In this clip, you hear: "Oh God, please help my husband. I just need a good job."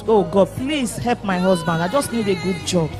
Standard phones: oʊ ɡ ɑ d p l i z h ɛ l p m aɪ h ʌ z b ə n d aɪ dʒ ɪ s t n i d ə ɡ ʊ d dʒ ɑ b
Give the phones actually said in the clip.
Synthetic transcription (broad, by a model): oʊ ɡ ɑ d p l i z h ɛ l p m aɪ h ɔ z b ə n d aɪ dʒ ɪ s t n i d ə ɡ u d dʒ ɑ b